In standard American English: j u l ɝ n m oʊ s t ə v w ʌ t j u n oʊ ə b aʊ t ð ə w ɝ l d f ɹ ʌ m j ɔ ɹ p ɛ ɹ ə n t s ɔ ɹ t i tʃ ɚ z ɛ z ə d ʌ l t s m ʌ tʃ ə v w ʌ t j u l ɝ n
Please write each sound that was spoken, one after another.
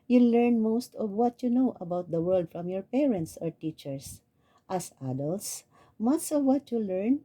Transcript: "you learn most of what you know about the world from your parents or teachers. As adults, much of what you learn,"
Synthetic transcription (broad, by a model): j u l ɝ n m oʊ s t ə v w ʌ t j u n oʊ ə b aʊ t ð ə w ɝ l d f ɹ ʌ m j ɔ ɹ p ɛ ɹ ə n t s ɔ ɹ t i tʃ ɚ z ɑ s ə d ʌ l t s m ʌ s ə v w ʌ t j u l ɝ n